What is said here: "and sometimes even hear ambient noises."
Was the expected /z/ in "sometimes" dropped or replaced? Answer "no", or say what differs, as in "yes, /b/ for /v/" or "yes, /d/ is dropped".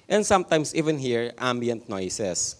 yes, /s/ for /z/